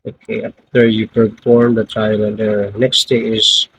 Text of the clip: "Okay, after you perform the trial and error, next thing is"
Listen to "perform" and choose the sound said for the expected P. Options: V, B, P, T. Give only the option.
B